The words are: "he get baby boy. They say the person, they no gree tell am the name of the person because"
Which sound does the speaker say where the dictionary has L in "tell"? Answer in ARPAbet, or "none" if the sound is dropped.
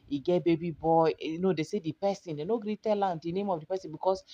L